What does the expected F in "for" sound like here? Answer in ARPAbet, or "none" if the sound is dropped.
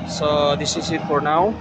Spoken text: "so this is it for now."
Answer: P